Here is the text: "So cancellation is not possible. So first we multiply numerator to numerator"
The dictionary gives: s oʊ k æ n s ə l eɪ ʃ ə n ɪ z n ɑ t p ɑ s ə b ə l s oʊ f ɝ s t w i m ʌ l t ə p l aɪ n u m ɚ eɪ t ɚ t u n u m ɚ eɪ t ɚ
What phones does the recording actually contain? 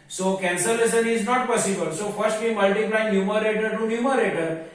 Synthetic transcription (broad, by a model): s oʊ k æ n s ə l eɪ s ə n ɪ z n ɑ t p ɑ s ə b ə l s oʊ f ɝ s t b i m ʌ l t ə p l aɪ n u m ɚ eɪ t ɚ t u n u m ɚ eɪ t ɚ